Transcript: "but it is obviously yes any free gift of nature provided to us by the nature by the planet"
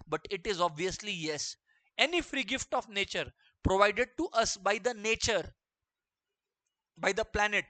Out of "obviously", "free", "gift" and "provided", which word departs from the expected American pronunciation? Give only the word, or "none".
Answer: none